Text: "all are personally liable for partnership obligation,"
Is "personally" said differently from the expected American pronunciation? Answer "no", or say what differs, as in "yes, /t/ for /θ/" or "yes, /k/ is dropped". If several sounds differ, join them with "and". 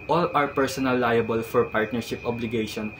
yes, /l/ is dropped